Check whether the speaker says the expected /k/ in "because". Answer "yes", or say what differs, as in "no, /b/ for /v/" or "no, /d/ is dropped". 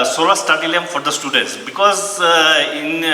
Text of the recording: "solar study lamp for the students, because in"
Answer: yes